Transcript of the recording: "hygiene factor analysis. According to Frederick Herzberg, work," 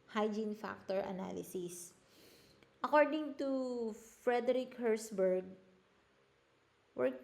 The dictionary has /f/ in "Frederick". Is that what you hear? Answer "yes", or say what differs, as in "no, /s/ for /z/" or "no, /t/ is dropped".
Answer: yes